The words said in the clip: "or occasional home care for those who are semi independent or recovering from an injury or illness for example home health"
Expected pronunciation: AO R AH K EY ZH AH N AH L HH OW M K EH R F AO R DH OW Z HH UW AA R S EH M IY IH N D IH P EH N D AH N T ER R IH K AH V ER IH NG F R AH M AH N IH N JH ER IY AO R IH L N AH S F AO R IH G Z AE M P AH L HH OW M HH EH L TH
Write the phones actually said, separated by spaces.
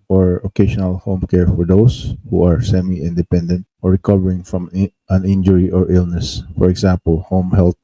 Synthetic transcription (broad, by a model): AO R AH K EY SH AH N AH L HH OW M K EH R F AO R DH OW S HH UW AA R S EH M IY IH N D IH P EH N D AH N T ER R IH K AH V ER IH NG F R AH M AH N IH N JH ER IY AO R IH L N AH S F AO R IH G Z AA M P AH L HH OW M HH EH L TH